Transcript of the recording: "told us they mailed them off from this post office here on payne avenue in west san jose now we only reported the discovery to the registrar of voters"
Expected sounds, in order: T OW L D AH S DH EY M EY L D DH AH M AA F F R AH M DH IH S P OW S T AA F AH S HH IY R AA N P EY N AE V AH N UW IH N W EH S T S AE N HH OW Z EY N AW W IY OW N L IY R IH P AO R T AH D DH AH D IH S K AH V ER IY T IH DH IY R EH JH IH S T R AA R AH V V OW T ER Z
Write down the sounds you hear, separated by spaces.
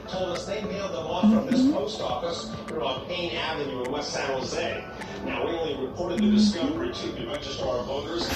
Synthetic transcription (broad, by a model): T OW L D AH S DH EY M EY L D DH AH M AA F F R AH M DH IH S P OW S T AA F AH S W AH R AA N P EY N AE V AH N UW IH N W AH T S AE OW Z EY N AW W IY OW N L IY R IH P AO R T AH D DH AH D IH S K AH V ER IY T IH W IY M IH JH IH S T AA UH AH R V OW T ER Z